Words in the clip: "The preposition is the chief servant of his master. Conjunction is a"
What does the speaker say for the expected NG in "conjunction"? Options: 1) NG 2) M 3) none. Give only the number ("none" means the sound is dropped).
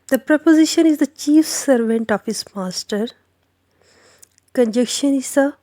3